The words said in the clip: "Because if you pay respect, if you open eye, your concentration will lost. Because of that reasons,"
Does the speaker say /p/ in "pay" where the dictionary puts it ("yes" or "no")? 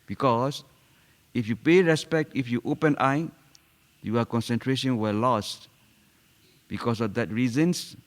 yes